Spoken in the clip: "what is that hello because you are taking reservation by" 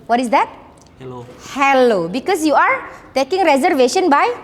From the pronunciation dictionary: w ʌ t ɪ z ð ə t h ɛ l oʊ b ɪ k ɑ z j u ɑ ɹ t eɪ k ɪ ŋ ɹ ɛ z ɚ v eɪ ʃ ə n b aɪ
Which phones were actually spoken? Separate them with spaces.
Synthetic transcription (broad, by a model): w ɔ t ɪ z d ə t h ɛ l oʊ b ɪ k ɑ s j u ɑ ɹ t eɪ k ɪ ŋ ɹ ɛ z ɚ v eɪ ʃ ə n b aɪ